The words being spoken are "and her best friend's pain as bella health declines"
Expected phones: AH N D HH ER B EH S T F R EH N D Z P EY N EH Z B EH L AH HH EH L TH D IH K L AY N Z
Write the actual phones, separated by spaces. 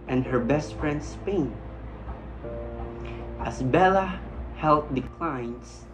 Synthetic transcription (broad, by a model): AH N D HH ER B EH S T F R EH N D S P EY N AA S B EH L AH HH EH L T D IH K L AY N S